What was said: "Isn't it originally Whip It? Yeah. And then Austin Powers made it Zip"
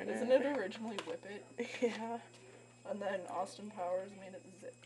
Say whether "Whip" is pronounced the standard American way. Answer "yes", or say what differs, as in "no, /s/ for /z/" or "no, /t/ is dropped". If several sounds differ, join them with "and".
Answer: yes